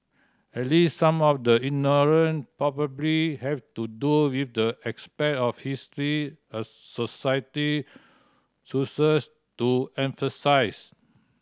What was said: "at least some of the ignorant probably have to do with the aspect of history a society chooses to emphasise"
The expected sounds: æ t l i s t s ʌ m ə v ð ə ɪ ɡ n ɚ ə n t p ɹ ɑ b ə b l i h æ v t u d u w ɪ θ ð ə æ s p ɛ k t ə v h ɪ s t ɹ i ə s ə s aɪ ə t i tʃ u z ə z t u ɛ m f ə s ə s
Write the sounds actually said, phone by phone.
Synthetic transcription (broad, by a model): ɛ t l i s t s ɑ m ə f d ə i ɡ n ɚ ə n p ɹ ɑ b ə b l i h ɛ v t u d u w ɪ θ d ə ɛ s p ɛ t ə f h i s t ɹ i ə s ə s aɪ ə t i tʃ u s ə s t u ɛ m f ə s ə s